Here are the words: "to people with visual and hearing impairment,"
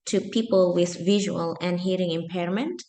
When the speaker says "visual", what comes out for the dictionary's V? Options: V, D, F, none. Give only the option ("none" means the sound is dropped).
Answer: V